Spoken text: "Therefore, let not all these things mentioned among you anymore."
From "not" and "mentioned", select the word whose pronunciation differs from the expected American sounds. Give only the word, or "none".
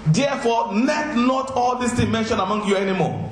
mentioned